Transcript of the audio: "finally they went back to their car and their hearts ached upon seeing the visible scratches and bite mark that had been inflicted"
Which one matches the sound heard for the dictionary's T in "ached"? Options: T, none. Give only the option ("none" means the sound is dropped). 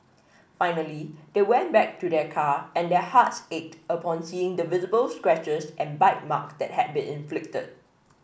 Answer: T